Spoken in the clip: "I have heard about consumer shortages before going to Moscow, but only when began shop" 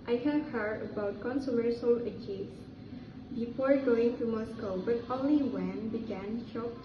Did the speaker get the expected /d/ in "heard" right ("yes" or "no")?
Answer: no